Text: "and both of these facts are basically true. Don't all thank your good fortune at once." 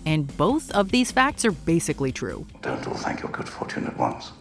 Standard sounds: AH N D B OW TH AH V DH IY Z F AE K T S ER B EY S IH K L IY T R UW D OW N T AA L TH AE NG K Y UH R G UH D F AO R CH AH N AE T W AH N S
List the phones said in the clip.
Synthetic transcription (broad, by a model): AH N B OW TH AH V DH IY Z F AE K T S ER B EY S IH K L IY T R UW D OW N T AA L TH AE NG K Y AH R G UH D F AO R CH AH N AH T W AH N S